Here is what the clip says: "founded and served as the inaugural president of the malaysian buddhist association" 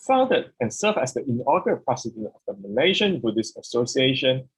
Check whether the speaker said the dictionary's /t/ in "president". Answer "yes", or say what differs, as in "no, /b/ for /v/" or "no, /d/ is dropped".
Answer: no, /t/ is dropped